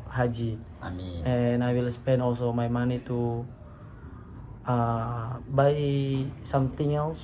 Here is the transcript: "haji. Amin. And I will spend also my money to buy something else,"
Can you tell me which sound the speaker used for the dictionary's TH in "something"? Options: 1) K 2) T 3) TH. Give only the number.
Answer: 2